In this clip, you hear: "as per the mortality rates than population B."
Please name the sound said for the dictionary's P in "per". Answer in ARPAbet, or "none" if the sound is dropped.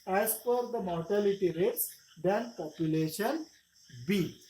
F